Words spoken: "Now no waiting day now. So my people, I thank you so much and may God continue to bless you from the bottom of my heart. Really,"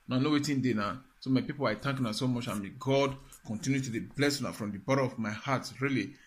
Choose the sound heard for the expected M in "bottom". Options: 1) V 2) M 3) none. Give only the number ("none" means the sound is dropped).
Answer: 3